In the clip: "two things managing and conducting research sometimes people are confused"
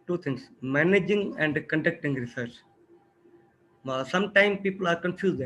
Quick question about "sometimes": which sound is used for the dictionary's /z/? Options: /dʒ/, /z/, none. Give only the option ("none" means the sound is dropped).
none